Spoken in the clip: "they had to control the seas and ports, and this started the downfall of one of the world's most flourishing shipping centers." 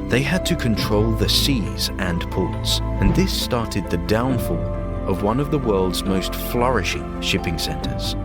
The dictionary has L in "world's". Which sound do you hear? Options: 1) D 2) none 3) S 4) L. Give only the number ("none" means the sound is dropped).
4